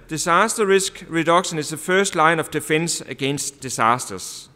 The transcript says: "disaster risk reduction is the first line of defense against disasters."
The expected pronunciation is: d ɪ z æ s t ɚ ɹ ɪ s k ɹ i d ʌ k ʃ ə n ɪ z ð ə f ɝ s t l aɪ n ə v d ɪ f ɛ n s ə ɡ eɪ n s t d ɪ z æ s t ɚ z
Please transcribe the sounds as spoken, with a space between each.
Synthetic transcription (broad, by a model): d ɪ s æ s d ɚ ɹ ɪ s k ɹ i d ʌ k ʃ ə n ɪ s ð ə f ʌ s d l aɪ n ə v d ɪ f ɛ n s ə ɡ eɪ n s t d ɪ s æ s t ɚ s